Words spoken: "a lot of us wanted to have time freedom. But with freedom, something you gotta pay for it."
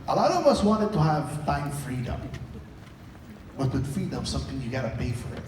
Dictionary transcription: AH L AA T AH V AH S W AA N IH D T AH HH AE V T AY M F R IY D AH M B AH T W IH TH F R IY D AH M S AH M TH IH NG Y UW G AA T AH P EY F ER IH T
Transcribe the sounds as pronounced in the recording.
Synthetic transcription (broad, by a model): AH L AA T AH V AH S W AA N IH D T AH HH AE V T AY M F R IY D AH M B AH T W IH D F R IY D AH M S AH M TH IH NG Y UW G AA T AH P EY F ER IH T